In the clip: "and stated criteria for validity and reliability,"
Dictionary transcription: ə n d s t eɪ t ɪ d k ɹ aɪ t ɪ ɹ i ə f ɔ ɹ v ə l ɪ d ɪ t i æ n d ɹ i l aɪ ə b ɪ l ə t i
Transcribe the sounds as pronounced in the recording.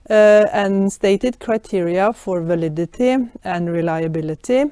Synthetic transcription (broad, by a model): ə n s t eɪ t ɪ d k ɹ aɪ t ɪ ɹ i ə f ɔ ɹ v ə l ɪ d ɪ t i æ n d ɹ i l aɪ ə b ɪ l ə t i